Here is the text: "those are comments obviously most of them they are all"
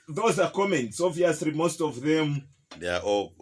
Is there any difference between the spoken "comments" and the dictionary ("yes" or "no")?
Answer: no